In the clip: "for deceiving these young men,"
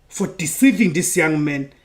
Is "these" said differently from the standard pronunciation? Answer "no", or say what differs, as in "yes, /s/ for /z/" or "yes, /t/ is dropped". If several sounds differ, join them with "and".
yes, /s/ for /z/